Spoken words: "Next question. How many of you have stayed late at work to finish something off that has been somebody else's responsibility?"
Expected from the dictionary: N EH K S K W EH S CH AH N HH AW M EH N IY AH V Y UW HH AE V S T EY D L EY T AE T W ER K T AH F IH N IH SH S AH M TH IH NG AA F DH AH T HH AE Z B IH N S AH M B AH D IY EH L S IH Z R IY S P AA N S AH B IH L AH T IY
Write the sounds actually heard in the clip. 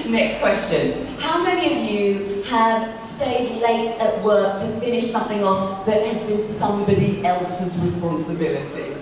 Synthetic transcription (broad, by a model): N EH K S K W EH S CH AH N HH AW M EH N IY AH V Y UW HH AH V S T EY D L EY T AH T W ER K T AH F IH N IH SH S AH M TH IH NG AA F DH AH T HH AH Z B IH N S AH M B AH D IY EH L S IH Z R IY S P AA N S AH B IH L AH T IY